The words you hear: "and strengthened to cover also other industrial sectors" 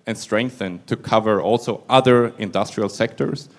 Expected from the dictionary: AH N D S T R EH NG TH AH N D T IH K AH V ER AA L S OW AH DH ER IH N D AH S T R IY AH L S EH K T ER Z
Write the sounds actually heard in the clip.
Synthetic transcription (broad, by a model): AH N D S T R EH NG TH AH N T IH K AH V ER AA L S OW AH DH ER IH N D AH S T R IY AH L S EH K T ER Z